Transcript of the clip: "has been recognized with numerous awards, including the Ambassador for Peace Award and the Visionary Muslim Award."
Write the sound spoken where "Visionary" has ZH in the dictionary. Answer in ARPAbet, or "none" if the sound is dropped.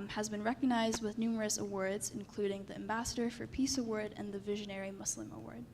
ZH